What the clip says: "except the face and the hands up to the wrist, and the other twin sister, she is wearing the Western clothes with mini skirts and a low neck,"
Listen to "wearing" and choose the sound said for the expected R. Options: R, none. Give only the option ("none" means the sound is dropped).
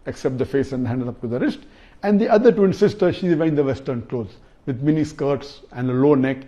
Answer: none